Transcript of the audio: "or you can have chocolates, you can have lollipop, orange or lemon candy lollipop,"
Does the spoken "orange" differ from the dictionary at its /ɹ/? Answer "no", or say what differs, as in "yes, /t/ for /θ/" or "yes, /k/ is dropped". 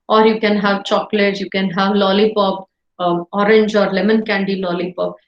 no